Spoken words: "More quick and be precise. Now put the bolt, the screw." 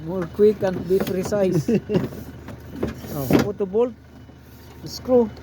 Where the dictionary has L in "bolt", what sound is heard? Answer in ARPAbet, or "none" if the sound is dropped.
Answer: L